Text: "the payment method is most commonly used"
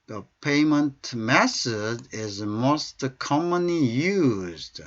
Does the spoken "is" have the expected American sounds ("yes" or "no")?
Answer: yes